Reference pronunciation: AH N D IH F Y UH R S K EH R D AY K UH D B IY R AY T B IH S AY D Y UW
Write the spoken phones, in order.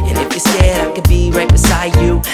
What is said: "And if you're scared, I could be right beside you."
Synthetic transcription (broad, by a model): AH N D IH F Y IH S EH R D AY K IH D B IY R AY T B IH S AY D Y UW